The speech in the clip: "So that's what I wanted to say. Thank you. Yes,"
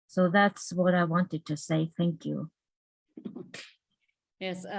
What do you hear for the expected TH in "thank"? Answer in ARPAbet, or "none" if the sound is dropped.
TH